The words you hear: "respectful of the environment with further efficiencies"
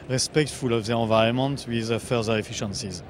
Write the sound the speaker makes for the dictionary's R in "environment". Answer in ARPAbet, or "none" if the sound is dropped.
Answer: none